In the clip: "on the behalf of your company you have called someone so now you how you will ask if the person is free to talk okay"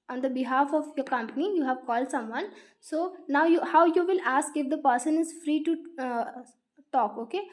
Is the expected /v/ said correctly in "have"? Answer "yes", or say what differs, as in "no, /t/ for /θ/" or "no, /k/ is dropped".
yes